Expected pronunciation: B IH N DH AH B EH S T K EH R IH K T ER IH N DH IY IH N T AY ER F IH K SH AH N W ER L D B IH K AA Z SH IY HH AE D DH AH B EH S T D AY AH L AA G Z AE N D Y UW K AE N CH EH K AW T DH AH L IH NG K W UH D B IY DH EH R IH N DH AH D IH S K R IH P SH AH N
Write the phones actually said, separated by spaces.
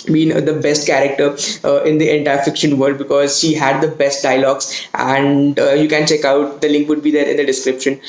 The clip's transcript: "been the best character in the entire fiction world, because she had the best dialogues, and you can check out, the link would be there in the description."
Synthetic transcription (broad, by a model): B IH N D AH B EH S T K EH R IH K T ER IH N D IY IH N T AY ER F IH K SH AH N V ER D B IH K AA Z SH IY HH AE D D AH B EH S T D AY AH L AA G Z AE N D Y UW K AE N CH EH K AW T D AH L IH NG K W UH D B IY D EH R IH N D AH D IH S K R IH P SH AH N